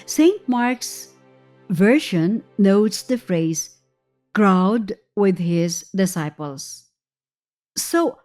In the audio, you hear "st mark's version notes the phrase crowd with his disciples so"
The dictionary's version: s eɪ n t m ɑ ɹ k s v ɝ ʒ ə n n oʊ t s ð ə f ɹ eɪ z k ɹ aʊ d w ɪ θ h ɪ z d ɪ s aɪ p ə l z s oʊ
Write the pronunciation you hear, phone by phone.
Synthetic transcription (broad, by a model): s eɪ n t m ɑ ɹ k s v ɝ ʃ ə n n oʊ t s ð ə f ɹ eɪ z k ɹ aʊ d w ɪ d h ɪ z d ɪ s aɪ p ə l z s oʊ